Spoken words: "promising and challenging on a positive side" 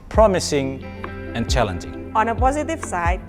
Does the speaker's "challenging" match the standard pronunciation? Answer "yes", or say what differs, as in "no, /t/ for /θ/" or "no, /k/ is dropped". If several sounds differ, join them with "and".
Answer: yes